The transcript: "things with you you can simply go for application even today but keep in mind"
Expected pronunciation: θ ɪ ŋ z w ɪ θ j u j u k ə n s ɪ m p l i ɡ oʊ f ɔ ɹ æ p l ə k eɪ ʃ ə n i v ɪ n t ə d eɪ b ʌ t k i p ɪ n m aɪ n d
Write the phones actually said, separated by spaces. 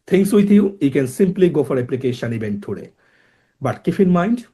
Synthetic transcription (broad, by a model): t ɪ ŋ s w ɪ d j u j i k ə n s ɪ m p l i ɡ oʊ f ɔ ɹ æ p l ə k eɪ ʃ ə n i b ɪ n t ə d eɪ b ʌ t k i f ɪ n m aɪ n d